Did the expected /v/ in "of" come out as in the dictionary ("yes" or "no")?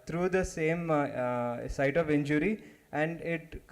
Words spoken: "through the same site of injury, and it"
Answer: yes